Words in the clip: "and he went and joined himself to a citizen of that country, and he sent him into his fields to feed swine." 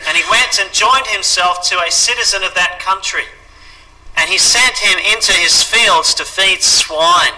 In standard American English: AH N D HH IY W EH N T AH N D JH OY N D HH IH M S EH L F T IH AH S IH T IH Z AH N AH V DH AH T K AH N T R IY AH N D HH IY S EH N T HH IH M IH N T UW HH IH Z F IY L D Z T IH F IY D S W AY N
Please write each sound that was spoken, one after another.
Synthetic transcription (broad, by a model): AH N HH IY W EH N T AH N JH OY N D HH IH M S EH L F T IH AH S IH T IH Z AH N AH V DH AH T K AH N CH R IY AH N IY S EH N T HH IH M IH N T UW IH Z F IY L D Z T IH F IY D S W AY N